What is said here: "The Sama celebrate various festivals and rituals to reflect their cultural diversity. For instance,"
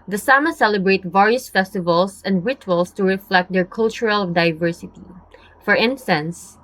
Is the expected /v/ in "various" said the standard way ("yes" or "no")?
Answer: yes